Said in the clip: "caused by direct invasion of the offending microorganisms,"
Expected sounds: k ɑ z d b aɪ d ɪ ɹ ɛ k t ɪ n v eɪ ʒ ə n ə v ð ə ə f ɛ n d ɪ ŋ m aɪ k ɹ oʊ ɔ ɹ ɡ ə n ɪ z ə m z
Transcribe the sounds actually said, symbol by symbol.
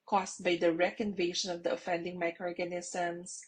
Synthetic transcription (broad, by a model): k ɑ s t b aɪ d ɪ ɹ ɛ k ɪ n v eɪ ʃ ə n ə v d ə ə f ɛ n d ɪ ŋ m aɪ k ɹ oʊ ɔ ɹ ɡ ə n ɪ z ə m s